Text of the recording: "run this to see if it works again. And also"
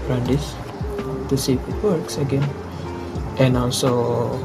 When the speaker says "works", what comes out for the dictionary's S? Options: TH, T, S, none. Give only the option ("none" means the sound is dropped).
S